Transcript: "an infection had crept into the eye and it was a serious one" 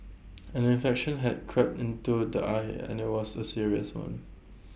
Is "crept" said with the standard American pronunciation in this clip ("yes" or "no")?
yes